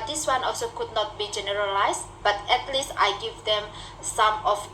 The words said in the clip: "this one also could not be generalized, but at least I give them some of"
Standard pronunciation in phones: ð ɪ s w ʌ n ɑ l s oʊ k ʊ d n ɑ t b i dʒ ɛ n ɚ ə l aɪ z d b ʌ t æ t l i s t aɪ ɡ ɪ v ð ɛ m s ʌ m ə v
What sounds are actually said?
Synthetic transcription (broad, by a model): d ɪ s w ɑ n ɑ l s oʊ k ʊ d n ɑ t b i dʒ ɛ n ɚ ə l aɪ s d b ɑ t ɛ t l i s t aɪ ɡ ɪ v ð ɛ m s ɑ m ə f